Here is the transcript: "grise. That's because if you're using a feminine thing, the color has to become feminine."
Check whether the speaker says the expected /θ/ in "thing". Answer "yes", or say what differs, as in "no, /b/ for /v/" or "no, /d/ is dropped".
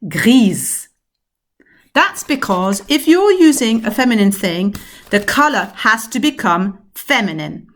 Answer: yes